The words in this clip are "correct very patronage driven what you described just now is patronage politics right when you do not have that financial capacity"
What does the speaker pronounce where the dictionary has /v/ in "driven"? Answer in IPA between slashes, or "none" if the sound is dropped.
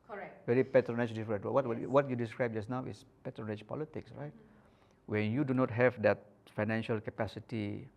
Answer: /w/